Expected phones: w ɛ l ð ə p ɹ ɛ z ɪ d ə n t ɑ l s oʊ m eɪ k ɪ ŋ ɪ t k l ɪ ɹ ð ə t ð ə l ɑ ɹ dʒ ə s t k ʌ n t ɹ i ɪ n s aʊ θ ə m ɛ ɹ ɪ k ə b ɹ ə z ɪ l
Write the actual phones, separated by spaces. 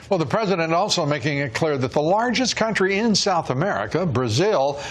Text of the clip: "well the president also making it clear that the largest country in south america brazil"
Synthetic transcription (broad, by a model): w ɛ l ð ə p ɹ ɛ z ɪ d ə n t ɑ l s oʊ m eɪ k ɪ ŋ ɪ t k l ɪ ɹ ð ə t ð ə l ɑ ɹ dʒ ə s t k ʌ n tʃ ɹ i ɪ n s aʊ θ ə m ɛ ɹ ɪ k ə b ɹ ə z ɪ l